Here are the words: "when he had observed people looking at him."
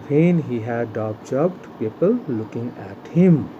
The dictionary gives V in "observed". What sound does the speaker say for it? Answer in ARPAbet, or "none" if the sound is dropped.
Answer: B